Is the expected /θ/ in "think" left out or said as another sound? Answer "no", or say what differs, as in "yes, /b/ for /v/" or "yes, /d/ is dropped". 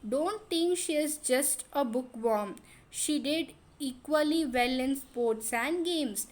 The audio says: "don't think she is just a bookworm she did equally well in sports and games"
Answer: yes, /t/ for /θ/